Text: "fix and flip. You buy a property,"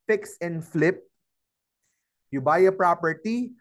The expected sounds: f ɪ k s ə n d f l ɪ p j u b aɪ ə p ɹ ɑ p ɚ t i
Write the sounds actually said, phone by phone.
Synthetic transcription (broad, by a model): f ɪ k s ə n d f l ɪ p j u b aɪ ə p ɹ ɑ p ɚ t i